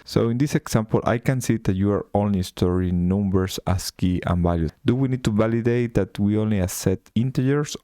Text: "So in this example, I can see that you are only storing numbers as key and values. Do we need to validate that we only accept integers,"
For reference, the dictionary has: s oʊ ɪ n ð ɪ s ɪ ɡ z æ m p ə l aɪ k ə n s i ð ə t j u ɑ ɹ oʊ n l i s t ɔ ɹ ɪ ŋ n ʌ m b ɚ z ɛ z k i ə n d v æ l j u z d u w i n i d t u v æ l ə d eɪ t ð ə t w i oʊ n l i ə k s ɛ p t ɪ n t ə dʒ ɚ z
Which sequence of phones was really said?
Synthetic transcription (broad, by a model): s oʊ ɪ n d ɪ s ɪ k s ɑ m p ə l aɪ k ə n s i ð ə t j u ɑ ɹ oʊ n l i s t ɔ ɹ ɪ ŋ n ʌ m b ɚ s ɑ s k i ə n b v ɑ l j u d u w i n i d t u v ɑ l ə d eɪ t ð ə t w i oʊ n l i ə s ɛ t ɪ n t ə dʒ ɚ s